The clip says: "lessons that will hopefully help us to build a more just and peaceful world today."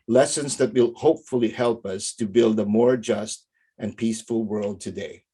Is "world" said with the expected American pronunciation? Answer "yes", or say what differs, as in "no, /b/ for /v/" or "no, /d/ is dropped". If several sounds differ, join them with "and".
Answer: yes